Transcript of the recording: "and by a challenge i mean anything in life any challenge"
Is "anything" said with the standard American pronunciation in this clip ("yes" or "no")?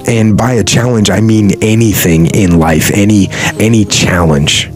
yes